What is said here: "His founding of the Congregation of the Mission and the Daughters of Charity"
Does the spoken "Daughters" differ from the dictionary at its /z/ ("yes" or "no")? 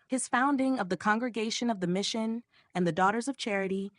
no